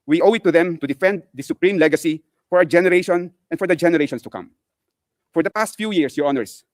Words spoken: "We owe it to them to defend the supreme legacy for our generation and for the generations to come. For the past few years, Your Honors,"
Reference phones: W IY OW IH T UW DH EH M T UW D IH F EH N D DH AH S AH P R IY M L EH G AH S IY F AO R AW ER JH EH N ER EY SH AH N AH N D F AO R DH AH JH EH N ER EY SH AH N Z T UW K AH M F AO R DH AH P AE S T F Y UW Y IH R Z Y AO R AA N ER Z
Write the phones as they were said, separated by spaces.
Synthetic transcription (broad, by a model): W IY OW IH T UW DH EH M T UW D IH F EH N D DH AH S AH P R IY M L EH G AH S IY F AO R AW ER JH EH N ER EY SH AH N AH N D F AO R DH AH JH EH N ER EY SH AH N S T UW K AH M F AO R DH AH P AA S T F Y UW Y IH R S Y AO R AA N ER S